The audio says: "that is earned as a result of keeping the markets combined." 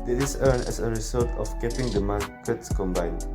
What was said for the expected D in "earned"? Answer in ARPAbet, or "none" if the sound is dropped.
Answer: none